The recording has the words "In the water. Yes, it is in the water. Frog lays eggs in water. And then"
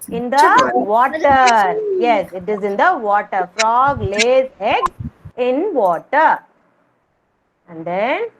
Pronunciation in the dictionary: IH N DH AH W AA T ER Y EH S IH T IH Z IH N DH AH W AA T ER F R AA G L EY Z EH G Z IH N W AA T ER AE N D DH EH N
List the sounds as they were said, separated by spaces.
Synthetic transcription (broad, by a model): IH N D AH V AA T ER Y EH S IH T IH Z IH N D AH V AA T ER F R AA G L EY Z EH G IH N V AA T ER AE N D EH N